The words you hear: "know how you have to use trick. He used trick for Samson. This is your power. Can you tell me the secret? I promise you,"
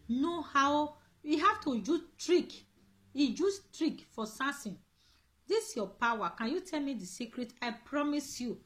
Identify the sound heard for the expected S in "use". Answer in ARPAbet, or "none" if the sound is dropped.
none